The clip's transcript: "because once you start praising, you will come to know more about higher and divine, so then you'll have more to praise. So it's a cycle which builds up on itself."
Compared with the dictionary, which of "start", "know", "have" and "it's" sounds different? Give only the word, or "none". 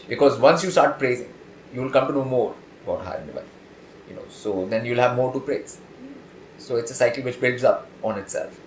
none